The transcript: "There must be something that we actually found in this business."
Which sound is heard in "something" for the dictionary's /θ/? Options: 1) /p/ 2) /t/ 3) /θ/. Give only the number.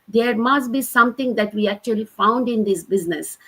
2